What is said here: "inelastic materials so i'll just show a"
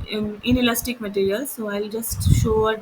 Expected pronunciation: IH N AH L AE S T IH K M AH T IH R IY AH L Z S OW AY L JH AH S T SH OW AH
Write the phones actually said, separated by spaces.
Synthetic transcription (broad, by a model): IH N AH L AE S T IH K M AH T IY R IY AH L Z S OW AY L JH AH S T SH OW